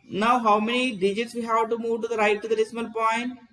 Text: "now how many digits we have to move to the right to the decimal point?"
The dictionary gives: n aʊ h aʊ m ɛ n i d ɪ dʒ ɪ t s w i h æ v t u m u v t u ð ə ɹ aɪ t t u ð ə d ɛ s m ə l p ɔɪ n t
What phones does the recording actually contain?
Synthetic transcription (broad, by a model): n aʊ h aʊ m ɛ n i d ɪ dʒ ɪ t s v i h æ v t u m u v t u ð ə ɹ aɪ t t u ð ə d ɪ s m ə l p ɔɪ n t